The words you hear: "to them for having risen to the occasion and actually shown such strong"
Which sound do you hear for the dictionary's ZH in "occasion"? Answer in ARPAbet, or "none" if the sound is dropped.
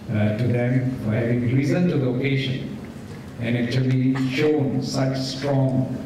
SH